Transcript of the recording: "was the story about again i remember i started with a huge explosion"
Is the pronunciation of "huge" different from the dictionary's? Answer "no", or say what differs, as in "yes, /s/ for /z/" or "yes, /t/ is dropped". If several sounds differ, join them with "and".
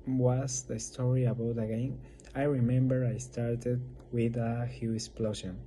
yes, /dʒ/ is dropped